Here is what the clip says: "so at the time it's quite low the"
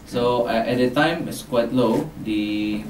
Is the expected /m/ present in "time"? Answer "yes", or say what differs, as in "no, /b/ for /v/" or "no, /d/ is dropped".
yes